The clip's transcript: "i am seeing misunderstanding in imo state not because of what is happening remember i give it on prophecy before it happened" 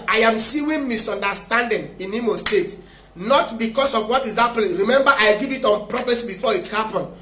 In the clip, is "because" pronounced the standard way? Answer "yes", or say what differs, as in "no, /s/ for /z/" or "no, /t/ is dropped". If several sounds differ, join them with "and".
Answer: no, /s/ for /z/